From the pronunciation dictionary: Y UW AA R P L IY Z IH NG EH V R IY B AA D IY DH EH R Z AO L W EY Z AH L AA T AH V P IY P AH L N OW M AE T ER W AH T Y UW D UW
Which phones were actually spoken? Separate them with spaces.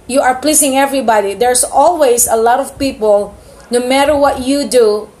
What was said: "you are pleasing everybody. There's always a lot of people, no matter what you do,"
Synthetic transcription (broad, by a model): Y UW AA R P L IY S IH NG EH V R IY B AA D IY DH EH R S AO L W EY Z AH L AA T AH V P IY P AH L N OW M AE T ER W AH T Y UW D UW